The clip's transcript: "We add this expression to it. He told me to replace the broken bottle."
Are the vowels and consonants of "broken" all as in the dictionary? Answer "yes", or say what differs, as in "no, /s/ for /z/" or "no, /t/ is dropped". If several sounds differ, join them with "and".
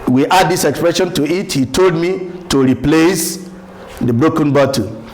yes